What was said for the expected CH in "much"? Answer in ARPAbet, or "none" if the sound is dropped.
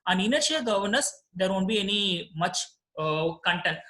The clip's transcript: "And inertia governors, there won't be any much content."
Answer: CH